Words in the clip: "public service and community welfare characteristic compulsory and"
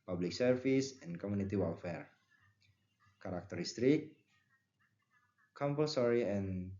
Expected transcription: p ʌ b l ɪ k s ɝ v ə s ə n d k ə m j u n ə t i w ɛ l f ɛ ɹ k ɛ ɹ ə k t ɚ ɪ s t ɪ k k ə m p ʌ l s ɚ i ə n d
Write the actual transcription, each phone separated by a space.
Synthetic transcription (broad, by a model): p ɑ b l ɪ k s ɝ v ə s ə n k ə m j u n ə t i w ɛ l f ɛ ɹ k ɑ ɹ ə k t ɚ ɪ s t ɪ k k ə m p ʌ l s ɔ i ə n